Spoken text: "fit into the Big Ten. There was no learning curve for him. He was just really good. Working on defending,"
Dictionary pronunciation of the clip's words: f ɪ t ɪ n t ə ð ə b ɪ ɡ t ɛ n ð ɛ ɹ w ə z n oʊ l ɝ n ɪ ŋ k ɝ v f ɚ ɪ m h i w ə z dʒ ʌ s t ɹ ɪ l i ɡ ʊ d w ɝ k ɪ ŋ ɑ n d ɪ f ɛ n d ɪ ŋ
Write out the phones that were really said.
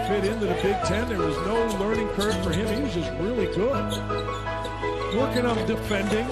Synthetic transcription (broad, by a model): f ɪ t ɪ n t ə ð ə b ɪ ɡ t ɛ n ð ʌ ɹ w ə z n oʊ l ɝ n ɪ ŋ k ɝ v f ɚ ɪ m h i w ə z dʒ ʌ s t ɹ ɪ l i ɡ ʊ d w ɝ k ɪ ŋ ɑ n d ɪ f ɛ n d ɪ ŋ